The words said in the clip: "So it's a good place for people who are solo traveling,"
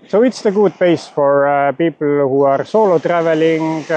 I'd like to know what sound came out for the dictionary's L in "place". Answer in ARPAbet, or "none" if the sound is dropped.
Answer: none